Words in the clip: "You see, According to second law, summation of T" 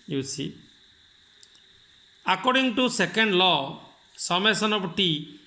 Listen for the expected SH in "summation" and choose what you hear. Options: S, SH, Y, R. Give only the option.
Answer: S